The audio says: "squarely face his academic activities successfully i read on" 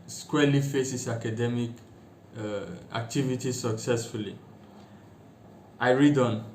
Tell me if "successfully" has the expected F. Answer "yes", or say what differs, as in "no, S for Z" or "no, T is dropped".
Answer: yes